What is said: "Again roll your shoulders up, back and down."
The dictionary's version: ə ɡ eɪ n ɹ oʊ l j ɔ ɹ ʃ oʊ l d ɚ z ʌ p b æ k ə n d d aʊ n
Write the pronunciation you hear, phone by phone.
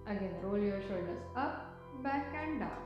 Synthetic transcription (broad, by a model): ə ɡ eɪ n ɹ oʊ l j ɔ ɹ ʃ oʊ d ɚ s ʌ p b æ k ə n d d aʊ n